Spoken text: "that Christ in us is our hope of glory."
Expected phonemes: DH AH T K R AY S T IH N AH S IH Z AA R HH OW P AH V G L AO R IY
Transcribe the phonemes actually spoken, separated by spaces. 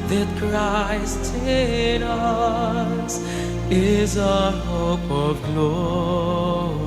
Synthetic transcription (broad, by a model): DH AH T K R AY S T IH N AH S IH Z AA HH OW P AH V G L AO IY